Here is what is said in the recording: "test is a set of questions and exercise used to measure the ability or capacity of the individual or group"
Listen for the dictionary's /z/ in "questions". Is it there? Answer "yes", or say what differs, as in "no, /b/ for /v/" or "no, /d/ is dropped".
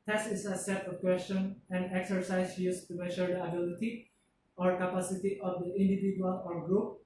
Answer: no, /z/ is dropped